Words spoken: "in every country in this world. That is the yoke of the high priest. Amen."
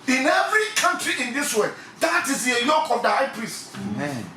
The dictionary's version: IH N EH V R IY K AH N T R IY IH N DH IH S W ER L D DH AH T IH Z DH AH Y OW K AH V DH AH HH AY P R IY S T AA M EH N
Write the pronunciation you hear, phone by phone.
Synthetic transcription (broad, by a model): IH N EH V R IY K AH N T R IY IH N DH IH S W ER D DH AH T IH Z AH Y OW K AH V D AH HH AY P R IY S T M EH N